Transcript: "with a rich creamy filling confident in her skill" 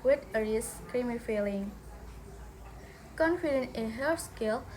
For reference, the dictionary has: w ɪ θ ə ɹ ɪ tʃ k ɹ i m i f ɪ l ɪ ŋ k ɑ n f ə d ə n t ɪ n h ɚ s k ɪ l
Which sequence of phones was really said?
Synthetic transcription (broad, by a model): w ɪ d ə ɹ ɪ s k ɹ i m i f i l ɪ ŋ k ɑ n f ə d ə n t ɪ n h ɚ s k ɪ l